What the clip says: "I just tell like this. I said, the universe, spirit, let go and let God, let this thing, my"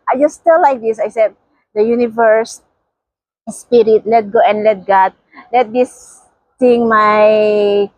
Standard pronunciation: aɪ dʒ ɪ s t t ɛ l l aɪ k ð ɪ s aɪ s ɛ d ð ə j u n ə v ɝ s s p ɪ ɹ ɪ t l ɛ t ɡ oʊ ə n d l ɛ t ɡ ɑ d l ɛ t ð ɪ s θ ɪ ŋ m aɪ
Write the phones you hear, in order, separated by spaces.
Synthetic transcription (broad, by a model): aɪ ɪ s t t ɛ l l aɪ k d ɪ s aɪ s ɛ d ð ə j u n ə v ɝ s s p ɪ ɹ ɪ t l ɛ t ɡ oʊ ə n d l ɛ t ɡ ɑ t l ɛ t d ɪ s t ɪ ŋ m aɪ